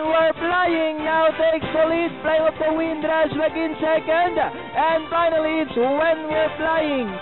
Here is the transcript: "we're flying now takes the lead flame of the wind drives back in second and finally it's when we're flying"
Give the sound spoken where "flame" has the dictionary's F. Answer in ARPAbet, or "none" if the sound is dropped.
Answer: P